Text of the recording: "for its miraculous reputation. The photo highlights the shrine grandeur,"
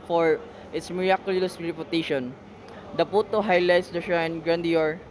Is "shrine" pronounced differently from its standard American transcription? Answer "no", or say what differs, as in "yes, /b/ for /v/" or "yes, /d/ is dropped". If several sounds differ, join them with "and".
yes, /ɹ/ is dropped